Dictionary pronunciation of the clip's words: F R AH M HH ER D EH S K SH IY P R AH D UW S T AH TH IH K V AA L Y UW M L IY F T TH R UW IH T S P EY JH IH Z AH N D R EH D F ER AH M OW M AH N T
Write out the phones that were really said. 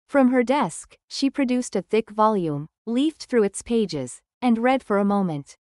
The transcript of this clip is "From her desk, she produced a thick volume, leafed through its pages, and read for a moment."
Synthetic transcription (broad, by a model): F R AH M ER D EH S K SH IY P R AH D UW S T AH TH IH K V AA L Y UW M L IY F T TH R UW IH T S P EY JH IH Z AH N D R EH D F ER AH M OW M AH N T